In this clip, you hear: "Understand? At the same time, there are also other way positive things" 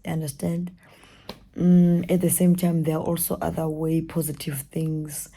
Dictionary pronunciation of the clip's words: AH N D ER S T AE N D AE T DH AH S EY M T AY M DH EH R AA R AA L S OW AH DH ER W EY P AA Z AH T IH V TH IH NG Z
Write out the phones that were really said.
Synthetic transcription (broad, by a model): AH N D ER S T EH N D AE T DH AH S EY M T AY M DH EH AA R AA L S OW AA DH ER W EY P AA Z AH T IH V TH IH NG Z